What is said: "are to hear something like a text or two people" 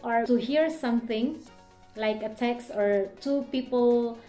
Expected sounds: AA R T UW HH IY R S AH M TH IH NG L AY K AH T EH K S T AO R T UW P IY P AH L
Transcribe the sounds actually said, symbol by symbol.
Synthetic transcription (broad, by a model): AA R T UW HH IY R S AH M T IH NG L AY K AH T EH K S AO R T UW P IY P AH L